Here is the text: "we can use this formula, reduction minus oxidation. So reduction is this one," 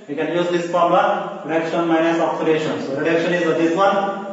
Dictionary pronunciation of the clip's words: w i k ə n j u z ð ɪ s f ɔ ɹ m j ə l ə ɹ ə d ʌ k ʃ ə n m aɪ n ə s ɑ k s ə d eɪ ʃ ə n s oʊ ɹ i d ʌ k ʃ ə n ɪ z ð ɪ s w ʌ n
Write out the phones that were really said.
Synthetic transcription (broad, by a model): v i k ə n j u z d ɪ s p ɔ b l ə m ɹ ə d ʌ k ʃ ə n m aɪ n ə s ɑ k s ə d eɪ ʃ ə n s oʊ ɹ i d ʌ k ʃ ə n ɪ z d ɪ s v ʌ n